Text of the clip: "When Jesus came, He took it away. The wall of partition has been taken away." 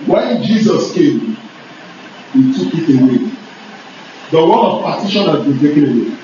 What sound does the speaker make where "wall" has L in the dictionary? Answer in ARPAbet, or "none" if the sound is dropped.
N